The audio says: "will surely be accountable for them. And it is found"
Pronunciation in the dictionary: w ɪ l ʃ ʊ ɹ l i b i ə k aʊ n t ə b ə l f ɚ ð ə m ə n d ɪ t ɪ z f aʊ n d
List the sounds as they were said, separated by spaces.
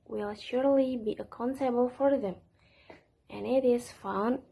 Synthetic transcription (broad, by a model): w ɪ l ʃ ʊ ɹ l i b i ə k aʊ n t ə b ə l f ɚ ð ə m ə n ɪ t ɪ z f aʊ n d